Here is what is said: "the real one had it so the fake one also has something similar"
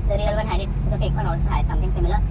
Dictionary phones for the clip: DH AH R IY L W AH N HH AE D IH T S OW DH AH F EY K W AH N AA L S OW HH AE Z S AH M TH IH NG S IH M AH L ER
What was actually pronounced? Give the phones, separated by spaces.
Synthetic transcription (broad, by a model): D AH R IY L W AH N HH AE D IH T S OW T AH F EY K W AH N AA L S OW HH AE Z S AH M T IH NG S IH M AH L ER